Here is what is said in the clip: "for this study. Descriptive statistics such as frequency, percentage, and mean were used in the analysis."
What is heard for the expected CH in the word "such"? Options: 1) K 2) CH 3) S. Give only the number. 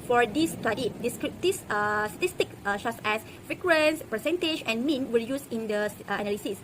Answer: 3